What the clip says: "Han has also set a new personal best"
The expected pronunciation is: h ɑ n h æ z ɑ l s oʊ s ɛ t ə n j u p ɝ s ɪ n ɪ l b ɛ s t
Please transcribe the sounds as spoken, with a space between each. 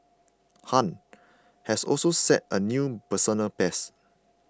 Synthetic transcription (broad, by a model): h ɑ n h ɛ s ɑ l s oʊ s ɛ t ə n j u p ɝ s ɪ n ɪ l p ɛ s